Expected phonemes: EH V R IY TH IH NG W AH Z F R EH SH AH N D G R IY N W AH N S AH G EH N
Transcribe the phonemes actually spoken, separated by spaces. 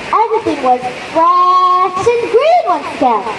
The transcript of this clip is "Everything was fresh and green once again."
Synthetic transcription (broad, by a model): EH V R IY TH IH NG W AH Z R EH S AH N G R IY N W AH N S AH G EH